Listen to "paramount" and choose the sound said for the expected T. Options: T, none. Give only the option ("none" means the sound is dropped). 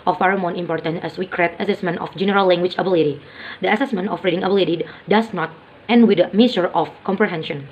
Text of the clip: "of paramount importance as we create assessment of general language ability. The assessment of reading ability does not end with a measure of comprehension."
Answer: none